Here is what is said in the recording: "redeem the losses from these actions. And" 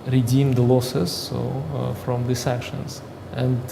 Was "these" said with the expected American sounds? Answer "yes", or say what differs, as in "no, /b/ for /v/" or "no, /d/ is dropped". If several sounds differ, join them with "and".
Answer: no, /s/ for /z/